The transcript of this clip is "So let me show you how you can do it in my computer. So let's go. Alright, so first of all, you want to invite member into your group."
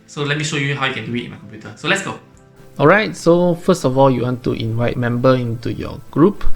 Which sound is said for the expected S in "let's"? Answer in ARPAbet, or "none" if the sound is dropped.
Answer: S